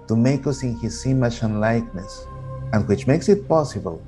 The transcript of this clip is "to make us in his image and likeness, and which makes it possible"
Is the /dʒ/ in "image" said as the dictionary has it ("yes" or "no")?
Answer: no